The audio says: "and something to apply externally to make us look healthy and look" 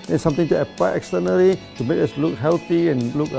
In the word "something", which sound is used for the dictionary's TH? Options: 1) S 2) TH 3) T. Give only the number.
3